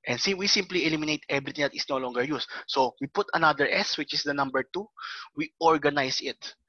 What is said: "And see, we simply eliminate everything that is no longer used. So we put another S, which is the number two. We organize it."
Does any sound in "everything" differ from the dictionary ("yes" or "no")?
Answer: yes